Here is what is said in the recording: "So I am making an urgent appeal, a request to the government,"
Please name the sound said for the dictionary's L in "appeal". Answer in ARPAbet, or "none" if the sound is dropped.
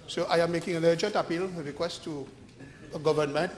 L